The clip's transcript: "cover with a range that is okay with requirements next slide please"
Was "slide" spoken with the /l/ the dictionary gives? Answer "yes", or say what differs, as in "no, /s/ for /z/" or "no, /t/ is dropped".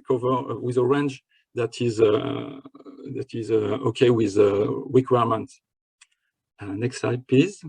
no, /l/ is dropped